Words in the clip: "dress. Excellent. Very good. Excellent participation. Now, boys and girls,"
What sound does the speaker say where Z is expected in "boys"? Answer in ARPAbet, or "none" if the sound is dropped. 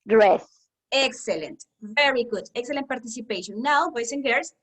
S